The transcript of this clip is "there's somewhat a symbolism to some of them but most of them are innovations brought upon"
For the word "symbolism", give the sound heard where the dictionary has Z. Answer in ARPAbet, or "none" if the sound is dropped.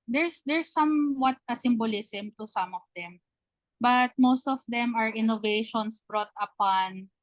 S